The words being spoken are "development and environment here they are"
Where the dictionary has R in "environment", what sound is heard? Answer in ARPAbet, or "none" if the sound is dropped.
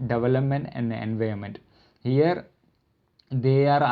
none